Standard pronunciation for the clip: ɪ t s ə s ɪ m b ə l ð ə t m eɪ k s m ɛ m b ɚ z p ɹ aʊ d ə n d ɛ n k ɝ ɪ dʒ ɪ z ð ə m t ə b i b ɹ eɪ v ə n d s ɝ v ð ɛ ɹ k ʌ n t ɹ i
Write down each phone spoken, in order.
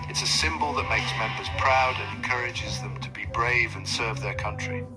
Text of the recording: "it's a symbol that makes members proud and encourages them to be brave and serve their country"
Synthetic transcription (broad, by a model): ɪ t s ə s ɪ m b ə l ð ə t m eɪ k s m ɛ m b ɚ z p ɹ aʊ d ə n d ɛ n k ɝ ɪ dʒ ɪ z ð ə m t ə b i b ɹ eɪ v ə n s ɝ v ð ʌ ɹ k ʌ n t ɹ i